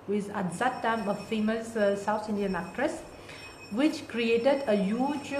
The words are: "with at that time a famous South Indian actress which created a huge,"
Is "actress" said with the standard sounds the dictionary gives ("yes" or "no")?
yes